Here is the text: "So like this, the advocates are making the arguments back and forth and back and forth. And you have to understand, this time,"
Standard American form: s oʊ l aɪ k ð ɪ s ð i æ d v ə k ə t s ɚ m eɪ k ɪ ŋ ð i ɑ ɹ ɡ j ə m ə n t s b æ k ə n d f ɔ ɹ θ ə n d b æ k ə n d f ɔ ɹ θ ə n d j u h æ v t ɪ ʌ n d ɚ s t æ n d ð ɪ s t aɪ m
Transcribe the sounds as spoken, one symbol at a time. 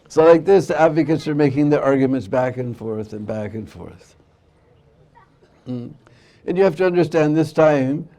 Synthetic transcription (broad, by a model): s oʊ l aɪ k ð ɪ s ð i æ d v ə k ə t s ɚ m eɪ k ɪ ŋ ð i ɑ ɹ ɡ j ə m ə n t s b æ k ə n f ɔ ɹ θ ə n b æ k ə n f ɔ ɹ θ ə n j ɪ h æ f t ɪ ʌ n d ɚ s t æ n ð ɪ s t aɪ m